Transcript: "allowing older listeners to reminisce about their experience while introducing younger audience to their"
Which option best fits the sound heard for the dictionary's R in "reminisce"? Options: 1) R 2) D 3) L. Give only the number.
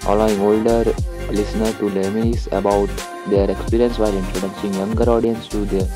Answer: 3